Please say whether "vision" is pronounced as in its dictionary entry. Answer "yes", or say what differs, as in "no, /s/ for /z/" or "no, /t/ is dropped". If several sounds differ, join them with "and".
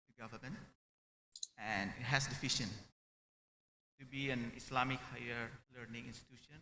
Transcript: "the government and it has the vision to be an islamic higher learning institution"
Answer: no, /f/ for /v/ and /ʃ/ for /ʒ/